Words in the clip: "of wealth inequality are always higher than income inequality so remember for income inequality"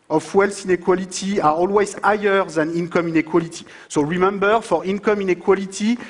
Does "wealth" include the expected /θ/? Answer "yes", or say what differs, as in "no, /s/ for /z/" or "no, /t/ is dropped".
no, /s/ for /θ/